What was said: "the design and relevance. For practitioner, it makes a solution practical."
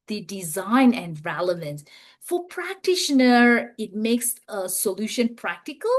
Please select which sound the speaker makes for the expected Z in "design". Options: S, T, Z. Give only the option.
Z